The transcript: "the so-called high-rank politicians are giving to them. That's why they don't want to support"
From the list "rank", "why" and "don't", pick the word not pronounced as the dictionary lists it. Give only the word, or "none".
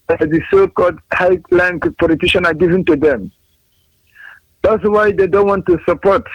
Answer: rank